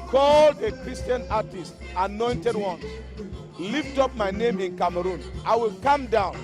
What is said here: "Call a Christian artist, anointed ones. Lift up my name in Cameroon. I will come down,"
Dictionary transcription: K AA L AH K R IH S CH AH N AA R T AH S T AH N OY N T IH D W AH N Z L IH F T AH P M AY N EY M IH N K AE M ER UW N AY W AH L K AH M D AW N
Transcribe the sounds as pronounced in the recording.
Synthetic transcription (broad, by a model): K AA L AH K R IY S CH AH N AA T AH S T AH N OY N T IH D W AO N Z L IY F T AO P M AY N EY M IH N K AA M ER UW N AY W AH L K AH M D AW N